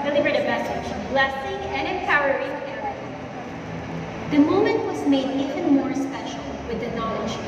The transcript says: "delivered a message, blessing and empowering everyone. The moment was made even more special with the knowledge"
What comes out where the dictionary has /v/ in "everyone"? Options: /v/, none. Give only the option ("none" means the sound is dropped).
none